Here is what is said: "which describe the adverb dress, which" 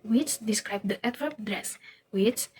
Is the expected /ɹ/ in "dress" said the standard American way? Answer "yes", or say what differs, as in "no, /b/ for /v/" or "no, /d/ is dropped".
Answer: yes